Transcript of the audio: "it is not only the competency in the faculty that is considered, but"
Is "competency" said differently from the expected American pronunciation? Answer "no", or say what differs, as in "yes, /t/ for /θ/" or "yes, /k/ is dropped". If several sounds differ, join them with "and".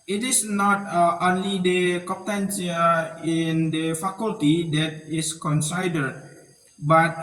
yes, /m/ is dropped